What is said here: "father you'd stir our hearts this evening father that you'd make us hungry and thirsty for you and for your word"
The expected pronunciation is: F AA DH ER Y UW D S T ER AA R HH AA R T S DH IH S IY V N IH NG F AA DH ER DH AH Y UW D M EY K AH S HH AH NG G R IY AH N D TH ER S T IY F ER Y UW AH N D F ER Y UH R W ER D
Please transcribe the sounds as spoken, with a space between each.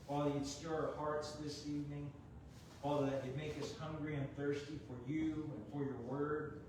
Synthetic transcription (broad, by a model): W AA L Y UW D S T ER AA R HH AA R T S DH IH S IY V N IH NG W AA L DH AH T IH M EY K AH S HH AH NG G R IY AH N TH ER S T IY F ER Y UW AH N F ER Y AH R W ER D